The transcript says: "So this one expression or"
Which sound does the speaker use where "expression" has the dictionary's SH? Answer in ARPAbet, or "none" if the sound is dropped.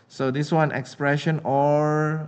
SH